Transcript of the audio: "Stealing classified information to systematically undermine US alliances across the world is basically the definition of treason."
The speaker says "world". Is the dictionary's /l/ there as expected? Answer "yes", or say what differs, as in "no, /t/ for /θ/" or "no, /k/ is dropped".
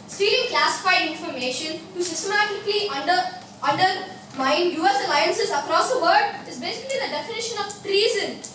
no, /l/ is dropped